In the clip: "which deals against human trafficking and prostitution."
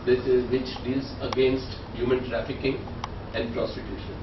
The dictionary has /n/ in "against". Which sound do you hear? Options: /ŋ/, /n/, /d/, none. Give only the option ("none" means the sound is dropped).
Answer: /n/